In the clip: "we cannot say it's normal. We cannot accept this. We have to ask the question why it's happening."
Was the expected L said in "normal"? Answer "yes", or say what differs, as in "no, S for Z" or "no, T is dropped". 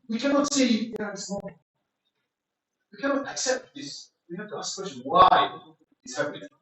no, N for L